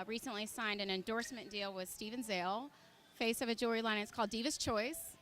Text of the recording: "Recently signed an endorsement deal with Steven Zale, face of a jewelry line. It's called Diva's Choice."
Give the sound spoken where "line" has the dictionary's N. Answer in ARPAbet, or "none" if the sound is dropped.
none